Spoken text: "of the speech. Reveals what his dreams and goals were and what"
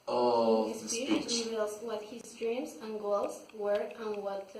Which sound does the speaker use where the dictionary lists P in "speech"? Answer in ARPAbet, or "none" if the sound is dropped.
none